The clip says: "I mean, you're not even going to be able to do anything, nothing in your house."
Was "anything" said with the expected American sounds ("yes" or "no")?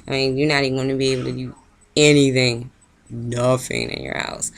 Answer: yes